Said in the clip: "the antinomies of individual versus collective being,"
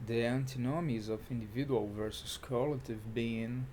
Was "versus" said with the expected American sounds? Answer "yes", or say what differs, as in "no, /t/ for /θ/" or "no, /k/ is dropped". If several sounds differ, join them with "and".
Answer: yes